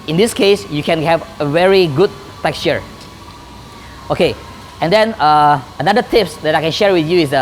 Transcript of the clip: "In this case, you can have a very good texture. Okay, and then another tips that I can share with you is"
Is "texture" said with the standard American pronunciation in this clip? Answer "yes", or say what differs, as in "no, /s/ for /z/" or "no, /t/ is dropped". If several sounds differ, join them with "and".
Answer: yes